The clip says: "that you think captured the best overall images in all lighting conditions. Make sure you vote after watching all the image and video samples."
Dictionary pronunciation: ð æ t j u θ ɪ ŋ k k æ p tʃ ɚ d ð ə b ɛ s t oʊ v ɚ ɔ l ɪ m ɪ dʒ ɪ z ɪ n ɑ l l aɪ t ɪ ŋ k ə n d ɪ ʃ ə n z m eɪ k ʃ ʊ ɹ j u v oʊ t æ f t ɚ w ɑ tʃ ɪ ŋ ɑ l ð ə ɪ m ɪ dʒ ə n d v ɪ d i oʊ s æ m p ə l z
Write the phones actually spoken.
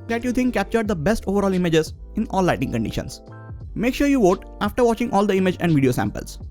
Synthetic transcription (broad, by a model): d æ t j u t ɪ ŋ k k æ p tʃ ɚ d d ə b ɛ s t oʊ v ɚ ɔ l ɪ m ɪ dʒ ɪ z ɪ n ɑ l l aɪ t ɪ ŋ k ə n d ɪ ʃ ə n s m eɪ k ʃ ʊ ɹ j u v oʊ t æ f t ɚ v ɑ tʃ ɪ ŋ ɑ l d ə ɪ m ɪ dʒ ə n d v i d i oʊ s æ m p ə l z